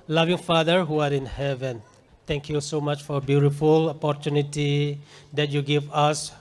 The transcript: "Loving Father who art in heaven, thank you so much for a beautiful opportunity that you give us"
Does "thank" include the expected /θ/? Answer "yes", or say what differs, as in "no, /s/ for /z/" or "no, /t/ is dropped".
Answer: no, /t/ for /θ/